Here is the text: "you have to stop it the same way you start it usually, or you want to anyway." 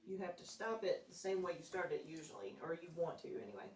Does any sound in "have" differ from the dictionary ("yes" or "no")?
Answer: yes